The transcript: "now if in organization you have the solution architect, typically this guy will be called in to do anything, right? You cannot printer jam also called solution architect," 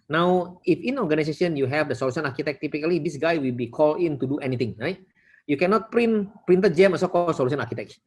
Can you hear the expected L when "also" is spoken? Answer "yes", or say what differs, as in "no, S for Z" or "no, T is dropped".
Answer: no, L is dropped